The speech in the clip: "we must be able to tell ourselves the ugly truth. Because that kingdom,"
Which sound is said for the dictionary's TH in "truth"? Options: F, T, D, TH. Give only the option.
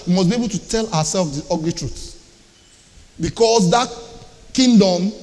T